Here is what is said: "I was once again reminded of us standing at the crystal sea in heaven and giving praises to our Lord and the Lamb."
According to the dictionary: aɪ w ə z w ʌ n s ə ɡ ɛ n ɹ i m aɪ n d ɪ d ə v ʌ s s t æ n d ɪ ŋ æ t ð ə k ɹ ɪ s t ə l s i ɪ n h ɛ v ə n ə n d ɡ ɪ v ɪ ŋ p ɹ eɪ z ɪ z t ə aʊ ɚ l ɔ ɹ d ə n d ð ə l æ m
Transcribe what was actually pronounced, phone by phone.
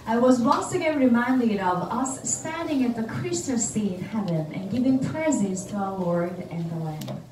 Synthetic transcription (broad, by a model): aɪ w ə z w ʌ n s ə ɡ ɛ n ɹ i m aɪ n d ɪ d ə v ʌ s s t æ n d ɪ ŋ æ t ð ə k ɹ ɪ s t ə s i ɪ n h ɛ v ə n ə n ɡ ɪ v ɪ ŋ p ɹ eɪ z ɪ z t ə aʊ ɚ w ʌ ɹ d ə n ð ə l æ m